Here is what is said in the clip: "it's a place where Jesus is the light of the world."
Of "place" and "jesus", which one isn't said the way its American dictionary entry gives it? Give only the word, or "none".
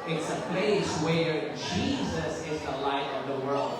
none